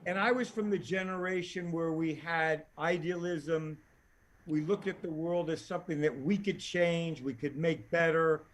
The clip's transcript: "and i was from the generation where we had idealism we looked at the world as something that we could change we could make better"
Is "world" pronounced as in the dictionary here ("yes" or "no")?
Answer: yes